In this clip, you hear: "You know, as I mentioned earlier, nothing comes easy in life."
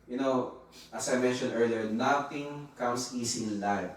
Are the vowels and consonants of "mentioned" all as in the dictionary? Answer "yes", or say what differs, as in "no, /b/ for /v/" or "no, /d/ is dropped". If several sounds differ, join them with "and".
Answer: no, /d/ is dropped